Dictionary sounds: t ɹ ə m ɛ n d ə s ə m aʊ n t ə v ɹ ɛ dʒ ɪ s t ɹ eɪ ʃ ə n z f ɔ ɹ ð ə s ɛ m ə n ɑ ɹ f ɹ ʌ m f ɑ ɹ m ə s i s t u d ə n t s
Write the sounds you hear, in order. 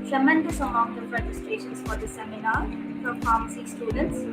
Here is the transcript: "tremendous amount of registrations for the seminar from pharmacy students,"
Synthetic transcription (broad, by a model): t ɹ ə m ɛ n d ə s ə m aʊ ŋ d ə p ɹ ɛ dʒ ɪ s t ɹ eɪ ʃ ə n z f ɔ ɹ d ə s ɛ m ə n ɑ ɹ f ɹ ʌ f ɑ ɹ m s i s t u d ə n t s